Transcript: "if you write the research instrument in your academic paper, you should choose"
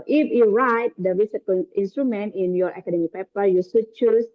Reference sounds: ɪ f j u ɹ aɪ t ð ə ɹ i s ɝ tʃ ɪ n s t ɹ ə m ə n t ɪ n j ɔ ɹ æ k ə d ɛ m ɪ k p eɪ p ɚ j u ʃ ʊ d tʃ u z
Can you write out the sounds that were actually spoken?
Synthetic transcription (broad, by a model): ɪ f j u ɹ aɪ t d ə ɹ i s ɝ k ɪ n s t ɹ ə m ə n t ɪ n j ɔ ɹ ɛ k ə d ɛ m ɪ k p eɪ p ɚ j u s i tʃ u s